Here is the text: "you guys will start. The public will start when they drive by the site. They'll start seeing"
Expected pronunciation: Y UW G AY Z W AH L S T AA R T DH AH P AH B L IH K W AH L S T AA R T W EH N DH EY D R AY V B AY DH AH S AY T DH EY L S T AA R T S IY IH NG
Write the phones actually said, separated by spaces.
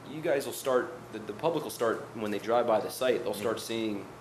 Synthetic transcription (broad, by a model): Y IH G AY Z W AH L S T AA R T DH AH P AH B L IH K W L S T AA R T W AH N DH EY D R AY V B AY DH AH S AY T DH EY L S T AA R T S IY IH NG